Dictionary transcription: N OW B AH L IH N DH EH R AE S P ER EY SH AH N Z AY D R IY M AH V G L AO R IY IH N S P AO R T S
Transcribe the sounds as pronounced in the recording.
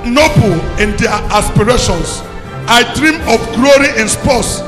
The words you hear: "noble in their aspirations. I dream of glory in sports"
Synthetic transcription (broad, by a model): N OW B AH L IH N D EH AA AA S P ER EY SH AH N S AY D R IY M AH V G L AO R IY IH N S P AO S